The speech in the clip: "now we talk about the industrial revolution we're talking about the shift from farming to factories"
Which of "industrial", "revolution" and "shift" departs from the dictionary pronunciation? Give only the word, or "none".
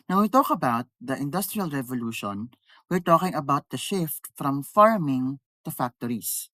none